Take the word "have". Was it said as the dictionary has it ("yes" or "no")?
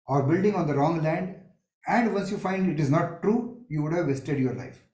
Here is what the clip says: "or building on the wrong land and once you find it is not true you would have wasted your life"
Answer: yes